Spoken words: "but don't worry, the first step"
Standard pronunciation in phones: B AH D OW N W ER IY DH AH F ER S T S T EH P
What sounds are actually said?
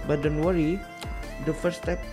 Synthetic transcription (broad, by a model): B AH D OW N W ER IY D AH F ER T S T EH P